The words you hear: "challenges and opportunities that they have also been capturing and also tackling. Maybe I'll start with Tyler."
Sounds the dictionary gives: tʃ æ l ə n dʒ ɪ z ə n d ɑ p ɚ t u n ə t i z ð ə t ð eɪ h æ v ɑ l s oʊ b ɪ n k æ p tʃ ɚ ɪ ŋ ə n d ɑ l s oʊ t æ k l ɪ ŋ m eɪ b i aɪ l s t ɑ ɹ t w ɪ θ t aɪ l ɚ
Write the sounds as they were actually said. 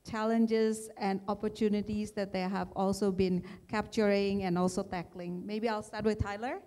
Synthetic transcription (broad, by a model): tʃ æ l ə n dʒ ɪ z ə n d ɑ p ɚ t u n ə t i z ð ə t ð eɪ h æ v ɑ l s oʊ b ɪ n k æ p tʃ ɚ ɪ ŋ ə n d ɑ l s oʊ t æ k l ɪ ŋ m eɪ b i aɪ l s t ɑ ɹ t w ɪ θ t aɪ l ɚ